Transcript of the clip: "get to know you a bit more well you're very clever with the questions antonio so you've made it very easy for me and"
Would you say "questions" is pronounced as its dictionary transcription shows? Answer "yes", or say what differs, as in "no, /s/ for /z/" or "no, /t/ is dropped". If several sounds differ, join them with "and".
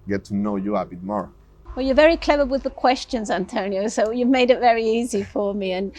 yes